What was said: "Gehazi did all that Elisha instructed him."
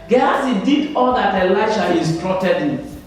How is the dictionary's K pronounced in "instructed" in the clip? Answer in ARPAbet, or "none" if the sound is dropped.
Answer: none